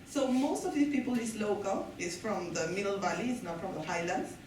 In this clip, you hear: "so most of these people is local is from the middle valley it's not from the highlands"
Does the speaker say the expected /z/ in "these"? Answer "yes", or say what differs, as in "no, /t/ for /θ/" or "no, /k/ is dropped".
no, /z/ is dropped